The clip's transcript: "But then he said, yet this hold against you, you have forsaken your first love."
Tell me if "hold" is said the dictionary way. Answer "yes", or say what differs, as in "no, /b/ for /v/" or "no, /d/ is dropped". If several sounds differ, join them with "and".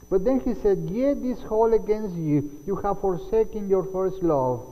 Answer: no, /d/ is dropped